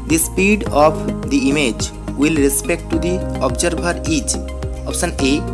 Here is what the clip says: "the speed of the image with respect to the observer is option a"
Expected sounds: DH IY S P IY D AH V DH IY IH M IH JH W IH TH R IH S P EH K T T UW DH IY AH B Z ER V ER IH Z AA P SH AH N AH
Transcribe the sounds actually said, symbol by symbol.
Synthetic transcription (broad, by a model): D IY S P IY D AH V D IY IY M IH JH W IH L R IH S P EH K T T UW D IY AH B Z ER B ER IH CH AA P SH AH N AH